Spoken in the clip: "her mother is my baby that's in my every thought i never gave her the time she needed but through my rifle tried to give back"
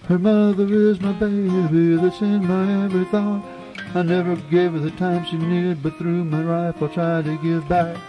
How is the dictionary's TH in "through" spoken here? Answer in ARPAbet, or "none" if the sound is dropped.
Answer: TH